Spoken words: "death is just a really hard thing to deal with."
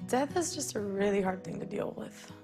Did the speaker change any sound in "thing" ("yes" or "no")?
no